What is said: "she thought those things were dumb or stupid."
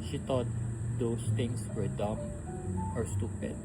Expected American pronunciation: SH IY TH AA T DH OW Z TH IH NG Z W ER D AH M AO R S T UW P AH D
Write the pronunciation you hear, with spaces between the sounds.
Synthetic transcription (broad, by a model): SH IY T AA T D OW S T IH NG S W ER D AH M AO R S T UW P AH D